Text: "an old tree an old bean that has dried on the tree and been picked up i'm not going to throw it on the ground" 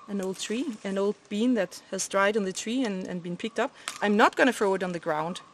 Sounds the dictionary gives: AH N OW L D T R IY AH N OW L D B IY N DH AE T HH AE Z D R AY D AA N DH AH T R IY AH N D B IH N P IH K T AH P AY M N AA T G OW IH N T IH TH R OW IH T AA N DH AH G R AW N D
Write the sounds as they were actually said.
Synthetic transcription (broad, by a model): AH N OW L D T R IY AH N OW L D B IY N DH AE T HH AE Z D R AY D N DH AH T R IY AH N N B IH N P IH K T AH P AY M N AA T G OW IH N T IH F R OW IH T N DH AH G R AW N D